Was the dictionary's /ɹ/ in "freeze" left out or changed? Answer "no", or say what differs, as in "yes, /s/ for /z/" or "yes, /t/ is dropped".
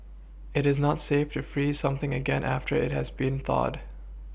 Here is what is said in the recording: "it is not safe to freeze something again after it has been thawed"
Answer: no